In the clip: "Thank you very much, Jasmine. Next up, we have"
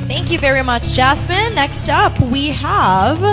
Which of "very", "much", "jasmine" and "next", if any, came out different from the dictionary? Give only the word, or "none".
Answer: jasmine